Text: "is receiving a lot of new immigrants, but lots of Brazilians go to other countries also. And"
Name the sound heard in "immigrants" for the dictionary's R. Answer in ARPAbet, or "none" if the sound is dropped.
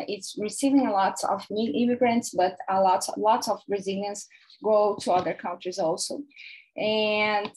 R